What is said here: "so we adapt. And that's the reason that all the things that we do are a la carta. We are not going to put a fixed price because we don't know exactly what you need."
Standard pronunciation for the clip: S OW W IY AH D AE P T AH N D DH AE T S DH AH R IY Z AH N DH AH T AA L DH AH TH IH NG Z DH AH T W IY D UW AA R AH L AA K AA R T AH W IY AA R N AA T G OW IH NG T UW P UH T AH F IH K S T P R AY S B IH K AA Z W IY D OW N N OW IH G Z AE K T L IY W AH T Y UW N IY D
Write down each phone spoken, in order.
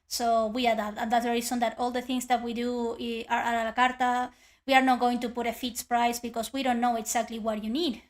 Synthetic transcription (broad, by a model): S OW W IY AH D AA T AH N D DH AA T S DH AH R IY S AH N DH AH T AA L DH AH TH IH NG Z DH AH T W IY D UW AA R AH L AA K AA R T AH W IY AA R N AA T G OW IH NG T UW P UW T AH F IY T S P R AY S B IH K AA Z W IY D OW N N OW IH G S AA K T L IY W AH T Y UW N IY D